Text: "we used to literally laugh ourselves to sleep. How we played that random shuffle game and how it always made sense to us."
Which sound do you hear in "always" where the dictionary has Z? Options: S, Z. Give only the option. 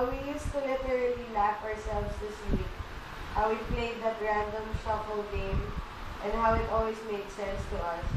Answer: S